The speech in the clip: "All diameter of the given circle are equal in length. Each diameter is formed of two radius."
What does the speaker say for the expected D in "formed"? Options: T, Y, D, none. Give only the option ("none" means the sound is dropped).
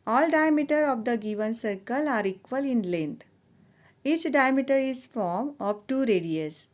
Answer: none